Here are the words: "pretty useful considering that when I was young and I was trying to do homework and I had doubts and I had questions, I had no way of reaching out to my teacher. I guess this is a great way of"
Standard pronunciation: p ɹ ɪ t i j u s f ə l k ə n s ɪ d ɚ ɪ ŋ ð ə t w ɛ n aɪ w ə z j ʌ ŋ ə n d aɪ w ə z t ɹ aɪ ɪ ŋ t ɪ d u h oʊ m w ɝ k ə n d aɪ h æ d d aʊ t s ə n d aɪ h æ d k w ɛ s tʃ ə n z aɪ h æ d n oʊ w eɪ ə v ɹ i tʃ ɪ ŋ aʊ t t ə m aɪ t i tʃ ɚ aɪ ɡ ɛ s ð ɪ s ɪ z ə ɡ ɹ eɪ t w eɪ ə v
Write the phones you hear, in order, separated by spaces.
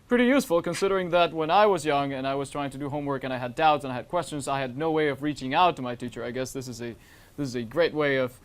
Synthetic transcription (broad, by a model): p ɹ ɪ t i j u s f l k ə n s ɪ d ɚ ɪ ŋ ð ə t w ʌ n aɪ w ə z j ʌ ŋ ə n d aɪ w ə z t ɹ aɪ ɪ ŋ t ɪ d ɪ h oʊ m w ɝ k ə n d aɪ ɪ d d aʊ t s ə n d aɪ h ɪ d k w ɛ s tʃ ə n z aɪ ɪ d n oʊ w eɪ ə v ɹ i tʃ ɪ ŋ aʊ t t ə m aɪ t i tʃ ɚ aɪ ɡ ɛ s ð ɪ s ɪ z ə ɡ ɹ eɪ t w eɪ ə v